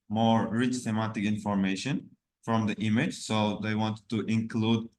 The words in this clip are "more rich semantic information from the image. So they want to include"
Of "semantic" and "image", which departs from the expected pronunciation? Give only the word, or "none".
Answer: semantic